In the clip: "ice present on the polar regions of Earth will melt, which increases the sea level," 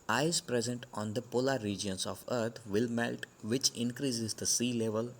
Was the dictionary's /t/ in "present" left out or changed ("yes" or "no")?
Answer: no